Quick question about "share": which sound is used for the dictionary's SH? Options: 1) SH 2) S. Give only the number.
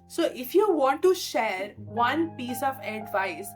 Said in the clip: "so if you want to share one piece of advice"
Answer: 1